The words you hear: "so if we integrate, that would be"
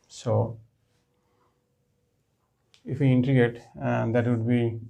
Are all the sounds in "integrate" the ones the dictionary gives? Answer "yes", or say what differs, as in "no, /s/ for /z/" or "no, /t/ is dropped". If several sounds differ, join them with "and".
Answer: no, /ɹ/ is dropped